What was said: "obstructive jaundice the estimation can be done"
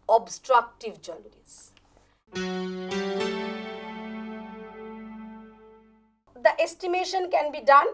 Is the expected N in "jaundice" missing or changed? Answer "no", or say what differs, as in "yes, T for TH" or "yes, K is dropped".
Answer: yes, L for N